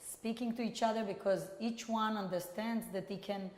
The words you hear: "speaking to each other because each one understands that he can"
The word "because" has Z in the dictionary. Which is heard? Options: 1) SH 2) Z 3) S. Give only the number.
2